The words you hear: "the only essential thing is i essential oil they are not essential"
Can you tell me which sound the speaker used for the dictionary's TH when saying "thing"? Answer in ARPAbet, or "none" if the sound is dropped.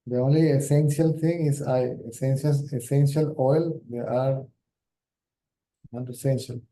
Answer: T